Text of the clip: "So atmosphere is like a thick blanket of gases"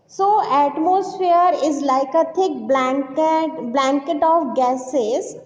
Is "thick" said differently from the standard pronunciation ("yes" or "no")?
yes